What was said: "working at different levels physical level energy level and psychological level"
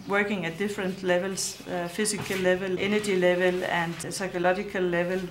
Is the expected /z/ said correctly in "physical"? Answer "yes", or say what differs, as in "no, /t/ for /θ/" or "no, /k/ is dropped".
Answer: no, /s/ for /z/